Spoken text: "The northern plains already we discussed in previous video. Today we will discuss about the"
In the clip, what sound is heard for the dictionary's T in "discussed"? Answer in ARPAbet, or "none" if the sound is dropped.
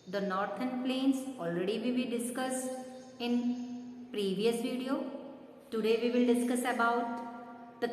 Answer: none